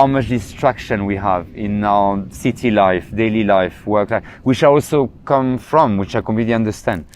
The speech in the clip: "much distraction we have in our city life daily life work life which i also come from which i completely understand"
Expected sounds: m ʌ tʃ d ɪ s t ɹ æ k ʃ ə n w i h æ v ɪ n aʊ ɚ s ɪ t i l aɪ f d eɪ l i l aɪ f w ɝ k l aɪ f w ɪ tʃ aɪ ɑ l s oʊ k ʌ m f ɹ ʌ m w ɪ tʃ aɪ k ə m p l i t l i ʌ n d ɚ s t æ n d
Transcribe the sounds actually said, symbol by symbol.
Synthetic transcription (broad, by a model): m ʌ tʃ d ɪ s t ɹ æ k ʃ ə n w i h æ v ɪ n aʊ ɚ s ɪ t i l aɪ f d eɪ l i l aɪ f w ɝ k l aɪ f w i ʃ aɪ ɑ l s oʊ k ʌ m f ɹ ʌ m w ɪ tʃ aɪ k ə p i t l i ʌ n d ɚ s t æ n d